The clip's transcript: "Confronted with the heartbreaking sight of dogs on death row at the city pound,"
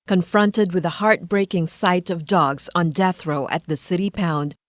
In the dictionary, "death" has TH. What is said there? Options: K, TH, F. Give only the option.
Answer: TH